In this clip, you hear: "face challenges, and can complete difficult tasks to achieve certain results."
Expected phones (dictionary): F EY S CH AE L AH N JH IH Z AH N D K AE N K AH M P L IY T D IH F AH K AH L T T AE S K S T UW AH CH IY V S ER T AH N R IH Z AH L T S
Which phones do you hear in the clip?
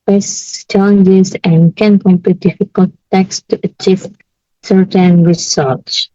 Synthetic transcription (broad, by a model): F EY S CH AE L AH N JH IH Z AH N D K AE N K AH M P IY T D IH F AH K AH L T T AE K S T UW AH CH IY V S ER T AH N R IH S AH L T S